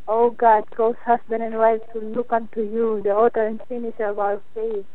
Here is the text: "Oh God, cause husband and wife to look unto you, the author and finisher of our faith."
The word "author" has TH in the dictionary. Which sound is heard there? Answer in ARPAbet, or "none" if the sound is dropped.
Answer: T